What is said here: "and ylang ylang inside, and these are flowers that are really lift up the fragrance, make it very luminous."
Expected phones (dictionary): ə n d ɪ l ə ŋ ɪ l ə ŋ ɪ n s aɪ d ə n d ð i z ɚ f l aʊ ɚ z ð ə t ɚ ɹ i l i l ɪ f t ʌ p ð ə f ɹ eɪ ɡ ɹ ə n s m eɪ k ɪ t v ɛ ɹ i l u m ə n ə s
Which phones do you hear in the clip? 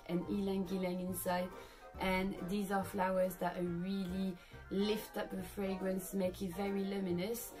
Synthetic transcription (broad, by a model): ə n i l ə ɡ ɪ l ə ŋ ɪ n s aɪ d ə n ð i z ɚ f l aʊ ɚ z ð ə t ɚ ɹ i l i l ɪ f t ʌ p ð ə f ɹ eɪ ɡ ɹ ə n s m eɪ k ɪ t v ɛ ɹ i l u m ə n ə s